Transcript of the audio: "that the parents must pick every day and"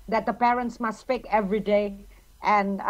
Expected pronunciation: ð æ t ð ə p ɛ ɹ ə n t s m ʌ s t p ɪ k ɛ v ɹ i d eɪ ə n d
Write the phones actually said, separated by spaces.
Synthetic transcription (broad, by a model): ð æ t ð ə p ɛ ɹ ə n t s m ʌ s t f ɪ k ɛ v ɹ i d eɪ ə n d